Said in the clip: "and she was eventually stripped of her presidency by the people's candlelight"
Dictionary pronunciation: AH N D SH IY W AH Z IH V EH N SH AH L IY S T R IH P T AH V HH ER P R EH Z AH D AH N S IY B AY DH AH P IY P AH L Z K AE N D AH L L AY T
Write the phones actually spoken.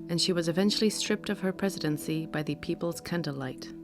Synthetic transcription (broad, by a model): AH N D SH IY W AH Z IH V EH N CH L IY S T R IH P T AH V ER P R EH Z AH D AH N S IY B AY DH AH P IY P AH L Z K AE N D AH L L AY T